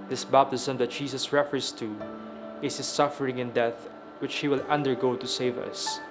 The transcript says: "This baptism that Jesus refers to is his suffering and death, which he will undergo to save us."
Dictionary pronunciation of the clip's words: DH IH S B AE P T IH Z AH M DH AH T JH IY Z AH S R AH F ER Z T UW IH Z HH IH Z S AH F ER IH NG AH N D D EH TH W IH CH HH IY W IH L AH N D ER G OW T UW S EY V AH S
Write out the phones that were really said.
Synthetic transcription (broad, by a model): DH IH S B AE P T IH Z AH M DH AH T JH IY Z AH S R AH F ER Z T UW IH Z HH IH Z S AH F ER IH NG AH N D D EH TH W IH CH HH IY W IH L AH N D ER G OW T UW S EY V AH S